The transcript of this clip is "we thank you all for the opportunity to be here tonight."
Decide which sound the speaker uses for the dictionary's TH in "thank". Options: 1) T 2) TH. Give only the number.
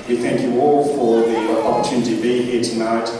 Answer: 2